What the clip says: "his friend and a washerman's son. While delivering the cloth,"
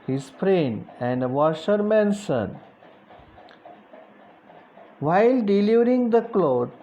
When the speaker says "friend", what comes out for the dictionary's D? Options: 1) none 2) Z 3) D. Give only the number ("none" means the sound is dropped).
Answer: 1